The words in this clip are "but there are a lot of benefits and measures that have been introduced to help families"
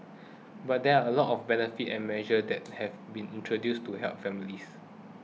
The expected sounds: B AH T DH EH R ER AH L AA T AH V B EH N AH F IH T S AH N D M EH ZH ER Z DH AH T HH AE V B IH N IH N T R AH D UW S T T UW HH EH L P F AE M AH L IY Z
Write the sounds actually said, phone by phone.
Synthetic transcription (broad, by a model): B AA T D EH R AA AH L AA T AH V B EH N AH F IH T AH N M EH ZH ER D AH T HH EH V B IH N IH N T R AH D UW S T T UW HH EH L P F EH M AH L IY S